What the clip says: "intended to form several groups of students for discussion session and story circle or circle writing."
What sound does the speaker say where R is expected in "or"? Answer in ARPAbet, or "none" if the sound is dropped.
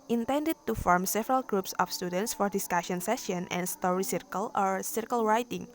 R